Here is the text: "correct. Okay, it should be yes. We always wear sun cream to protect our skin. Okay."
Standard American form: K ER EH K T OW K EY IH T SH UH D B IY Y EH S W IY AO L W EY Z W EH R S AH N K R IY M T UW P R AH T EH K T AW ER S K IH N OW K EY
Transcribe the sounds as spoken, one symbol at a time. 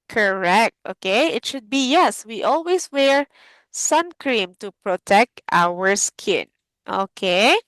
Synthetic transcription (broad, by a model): K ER EH K T OW K EY IH T SH UH D B IY Y EH S W IY AO L W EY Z W EH R S AH N K R IY M T UW P R AH T EH K T AW ER S K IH N OW K EY